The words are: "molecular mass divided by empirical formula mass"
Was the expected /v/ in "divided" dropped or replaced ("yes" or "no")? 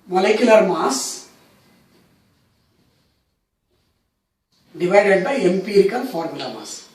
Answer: no